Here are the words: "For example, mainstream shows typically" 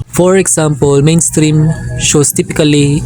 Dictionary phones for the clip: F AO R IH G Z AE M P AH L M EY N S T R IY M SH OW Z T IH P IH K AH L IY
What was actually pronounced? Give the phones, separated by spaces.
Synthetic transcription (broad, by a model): F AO R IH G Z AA M P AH L M EY N S T R IY M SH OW S T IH P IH K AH L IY